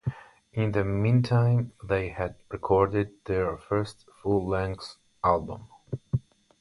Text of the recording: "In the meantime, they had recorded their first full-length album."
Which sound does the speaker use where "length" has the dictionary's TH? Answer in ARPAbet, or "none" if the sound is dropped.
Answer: S